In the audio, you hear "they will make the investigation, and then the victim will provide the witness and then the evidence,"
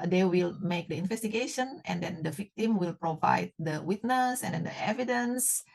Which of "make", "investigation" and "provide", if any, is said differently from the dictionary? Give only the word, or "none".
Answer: none